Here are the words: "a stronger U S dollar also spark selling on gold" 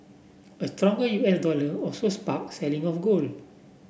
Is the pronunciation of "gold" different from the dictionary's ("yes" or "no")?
yes